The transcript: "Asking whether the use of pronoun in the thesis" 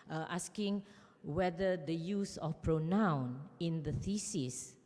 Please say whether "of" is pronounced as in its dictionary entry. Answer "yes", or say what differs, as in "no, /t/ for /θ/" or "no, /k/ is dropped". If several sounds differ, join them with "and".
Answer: no, /f/ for /v/